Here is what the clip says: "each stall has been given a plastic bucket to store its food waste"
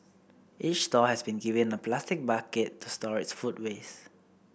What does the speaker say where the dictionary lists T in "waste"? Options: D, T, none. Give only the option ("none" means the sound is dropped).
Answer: none